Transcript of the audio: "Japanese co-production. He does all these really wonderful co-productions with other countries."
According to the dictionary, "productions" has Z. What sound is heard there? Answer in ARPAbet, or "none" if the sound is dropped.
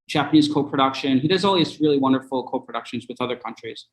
Z